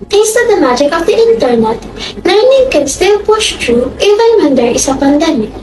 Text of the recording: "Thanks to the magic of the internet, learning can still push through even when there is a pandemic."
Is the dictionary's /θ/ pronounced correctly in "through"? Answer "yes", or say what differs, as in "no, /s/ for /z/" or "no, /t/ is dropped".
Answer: no, /t/ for /θ/